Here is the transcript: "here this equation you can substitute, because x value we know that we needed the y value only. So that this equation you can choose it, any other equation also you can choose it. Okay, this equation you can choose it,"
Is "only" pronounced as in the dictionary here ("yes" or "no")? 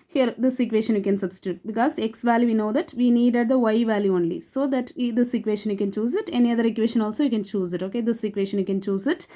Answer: yes